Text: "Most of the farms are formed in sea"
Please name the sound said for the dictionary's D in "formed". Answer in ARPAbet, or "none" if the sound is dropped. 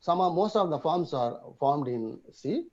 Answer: D